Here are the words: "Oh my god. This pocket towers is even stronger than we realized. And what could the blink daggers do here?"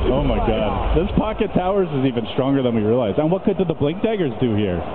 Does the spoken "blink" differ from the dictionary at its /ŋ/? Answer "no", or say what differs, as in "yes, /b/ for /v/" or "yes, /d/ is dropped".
no